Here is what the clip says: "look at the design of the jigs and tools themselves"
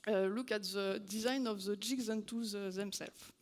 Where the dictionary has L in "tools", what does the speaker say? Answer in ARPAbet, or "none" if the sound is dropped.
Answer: none